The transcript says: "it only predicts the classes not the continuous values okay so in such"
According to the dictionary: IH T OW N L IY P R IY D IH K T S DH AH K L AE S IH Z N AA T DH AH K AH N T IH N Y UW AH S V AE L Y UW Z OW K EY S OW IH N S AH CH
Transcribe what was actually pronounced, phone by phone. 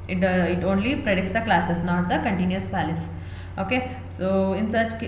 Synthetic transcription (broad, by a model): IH T OW N L IY P R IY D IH K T S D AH K L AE S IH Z N AA T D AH K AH N T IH N Y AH S P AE L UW S OW K EY S OW IH N S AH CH